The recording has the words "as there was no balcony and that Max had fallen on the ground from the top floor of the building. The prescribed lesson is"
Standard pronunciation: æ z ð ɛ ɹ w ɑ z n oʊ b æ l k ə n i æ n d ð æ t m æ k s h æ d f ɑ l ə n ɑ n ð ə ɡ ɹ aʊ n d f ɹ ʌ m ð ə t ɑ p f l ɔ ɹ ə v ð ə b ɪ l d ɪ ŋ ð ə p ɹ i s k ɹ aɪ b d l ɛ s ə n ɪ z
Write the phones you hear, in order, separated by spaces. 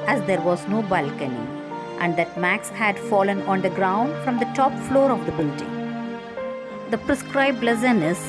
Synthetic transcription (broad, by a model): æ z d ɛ ɹ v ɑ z n oʊ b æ l k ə n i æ n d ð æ t m æ k s h æ d f ɑ l ə n ɑ n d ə ɡ ɹ aʊ n d f ɹ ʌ m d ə t ɑ p f l ɔ ɹ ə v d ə b ɪ l d ɪ ŋ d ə p ɹ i s k ɹ aɪ b l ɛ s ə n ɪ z